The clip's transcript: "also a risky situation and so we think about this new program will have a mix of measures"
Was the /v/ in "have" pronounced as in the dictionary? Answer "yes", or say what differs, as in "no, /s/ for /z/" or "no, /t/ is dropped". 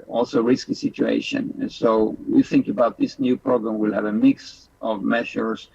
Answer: yes